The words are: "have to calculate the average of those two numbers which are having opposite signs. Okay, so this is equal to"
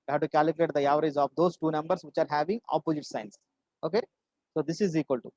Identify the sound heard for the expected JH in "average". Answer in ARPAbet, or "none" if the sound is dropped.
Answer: Z